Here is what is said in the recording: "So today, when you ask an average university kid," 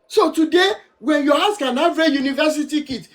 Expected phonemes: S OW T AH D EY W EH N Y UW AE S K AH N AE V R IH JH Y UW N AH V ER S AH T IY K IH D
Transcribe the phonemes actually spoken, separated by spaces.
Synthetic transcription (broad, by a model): S OW T AH D EY W EH N Y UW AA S K AH N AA R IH Y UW N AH V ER S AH T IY K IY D